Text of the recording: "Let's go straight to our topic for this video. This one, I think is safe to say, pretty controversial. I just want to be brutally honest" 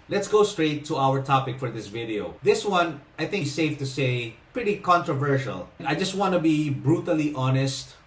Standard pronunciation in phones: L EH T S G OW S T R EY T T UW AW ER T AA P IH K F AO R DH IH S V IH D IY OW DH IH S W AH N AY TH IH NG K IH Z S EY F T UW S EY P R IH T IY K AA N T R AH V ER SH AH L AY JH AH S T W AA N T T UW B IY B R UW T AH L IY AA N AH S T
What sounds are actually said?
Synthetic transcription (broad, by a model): L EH T S G OW S T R EY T T UW AW ER T AA P IH K F AO R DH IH S V IH D IY OW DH IH S W AH N AY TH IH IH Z S EY F T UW S EY P R IH T IY K AA N T R AH V ER SH AH L AY JH AH S T W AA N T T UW B IY B R UW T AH L IY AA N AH S T